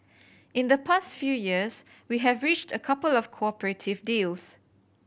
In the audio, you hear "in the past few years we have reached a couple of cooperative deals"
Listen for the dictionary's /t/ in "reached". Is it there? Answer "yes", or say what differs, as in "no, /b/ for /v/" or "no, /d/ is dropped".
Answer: yes